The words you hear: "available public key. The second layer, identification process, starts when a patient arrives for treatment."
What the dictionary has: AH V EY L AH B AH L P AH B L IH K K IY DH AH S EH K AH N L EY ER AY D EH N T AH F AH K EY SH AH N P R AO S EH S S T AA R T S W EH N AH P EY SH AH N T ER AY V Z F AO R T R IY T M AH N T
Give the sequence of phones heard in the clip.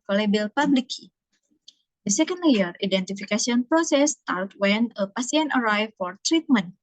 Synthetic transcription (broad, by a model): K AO L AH B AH L P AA B L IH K K IY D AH S EH K AH N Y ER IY D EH N T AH F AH K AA S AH N P R AO S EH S S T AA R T W EH N AH P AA S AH N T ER AY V F AO R T R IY T M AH N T